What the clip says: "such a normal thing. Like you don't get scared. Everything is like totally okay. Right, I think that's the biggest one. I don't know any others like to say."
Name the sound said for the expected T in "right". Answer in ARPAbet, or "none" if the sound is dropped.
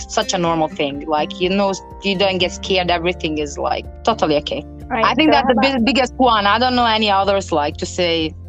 none